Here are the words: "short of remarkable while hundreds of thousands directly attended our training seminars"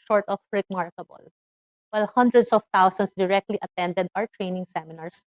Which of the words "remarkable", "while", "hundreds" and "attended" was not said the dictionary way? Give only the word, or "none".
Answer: hundreds